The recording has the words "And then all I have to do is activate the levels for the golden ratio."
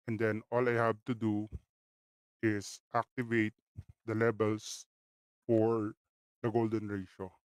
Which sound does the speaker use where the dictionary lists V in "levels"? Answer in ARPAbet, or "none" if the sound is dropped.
B